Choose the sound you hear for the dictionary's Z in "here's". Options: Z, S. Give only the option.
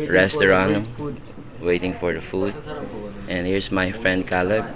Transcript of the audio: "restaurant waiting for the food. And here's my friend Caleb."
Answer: S